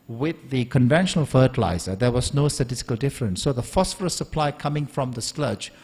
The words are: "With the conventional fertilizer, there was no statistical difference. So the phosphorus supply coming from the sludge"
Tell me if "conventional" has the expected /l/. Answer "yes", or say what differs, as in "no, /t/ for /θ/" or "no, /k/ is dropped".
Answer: yes